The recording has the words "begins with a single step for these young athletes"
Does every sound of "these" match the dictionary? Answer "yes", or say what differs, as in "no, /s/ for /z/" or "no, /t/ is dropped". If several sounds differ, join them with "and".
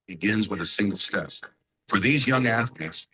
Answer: yes